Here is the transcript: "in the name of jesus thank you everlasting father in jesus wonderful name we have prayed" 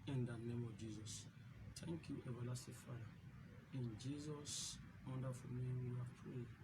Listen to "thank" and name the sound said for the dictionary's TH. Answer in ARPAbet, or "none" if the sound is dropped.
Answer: T